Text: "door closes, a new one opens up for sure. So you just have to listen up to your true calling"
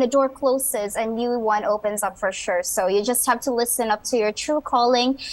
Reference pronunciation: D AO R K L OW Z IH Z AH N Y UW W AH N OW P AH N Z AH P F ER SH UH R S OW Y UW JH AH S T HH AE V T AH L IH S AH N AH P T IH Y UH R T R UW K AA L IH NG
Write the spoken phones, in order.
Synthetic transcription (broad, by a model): D AO R K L OW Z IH Z AH N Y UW W AH N OW P AH N Z AH P F ER SH UH R S OW Y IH JH AH S T HH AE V T AH L IH S AH N AH P T IH Y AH R T R UW K AA L IH NG